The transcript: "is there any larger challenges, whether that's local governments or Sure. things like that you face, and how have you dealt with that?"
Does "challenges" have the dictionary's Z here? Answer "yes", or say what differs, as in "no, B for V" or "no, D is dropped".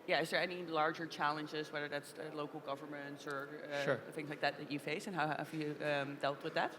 yes